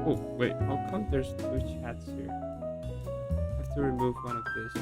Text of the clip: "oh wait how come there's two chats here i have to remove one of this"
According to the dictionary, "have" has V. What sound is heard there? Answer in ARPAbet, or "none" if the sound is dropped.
F